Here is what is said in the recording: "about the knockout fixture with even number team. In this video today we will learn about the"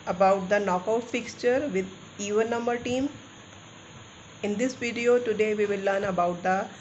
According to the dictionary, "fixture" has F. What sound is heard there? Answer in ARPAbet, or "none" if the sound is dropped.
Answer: F